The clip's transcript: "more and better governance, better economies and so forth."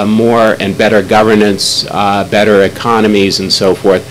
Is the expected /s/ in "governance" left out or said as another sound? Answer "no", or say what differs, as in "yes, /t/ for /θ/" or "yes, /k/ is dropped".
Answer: no